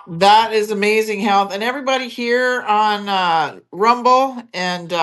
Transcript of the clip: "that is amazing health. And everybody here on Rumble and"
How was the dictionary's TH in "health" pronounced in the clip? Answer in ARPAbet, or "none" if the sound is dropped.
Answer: TH